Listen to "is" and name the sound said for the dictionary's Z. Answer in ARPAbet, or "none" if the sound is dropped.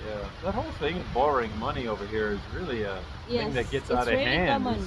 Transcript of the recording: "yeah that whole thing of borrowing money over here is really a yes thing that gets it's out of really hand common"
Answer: Z